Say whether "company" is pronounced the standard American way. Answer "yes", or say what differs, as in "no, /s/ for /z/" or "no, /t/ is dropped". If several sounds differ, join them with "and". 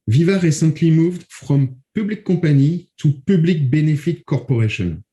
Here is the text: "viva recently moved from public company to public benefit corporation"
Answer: no, /m/ is dropped